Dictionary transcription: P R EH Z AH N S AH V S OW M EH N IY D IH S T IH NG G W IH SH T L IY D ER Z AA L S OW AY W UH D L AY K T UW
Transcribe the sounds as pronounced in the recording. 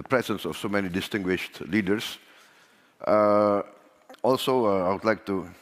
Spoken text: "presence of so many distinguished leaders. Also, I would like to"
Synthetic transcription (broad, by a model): P R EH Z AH N S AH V S OW M EH N IY D IH S T IH NG G W IH SH T L IY D ER S AA L S OW AY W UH D L AY K T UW